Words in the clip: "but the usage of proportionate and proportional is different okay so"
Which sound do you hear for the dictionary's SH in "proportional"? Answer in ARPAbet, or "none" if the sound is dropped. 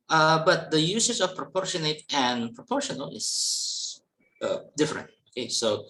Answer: SH